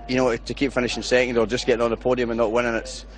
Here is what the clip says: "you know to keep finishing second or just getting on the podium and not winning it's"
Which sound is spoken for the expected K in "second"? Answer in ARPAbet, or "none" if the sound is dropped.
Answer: none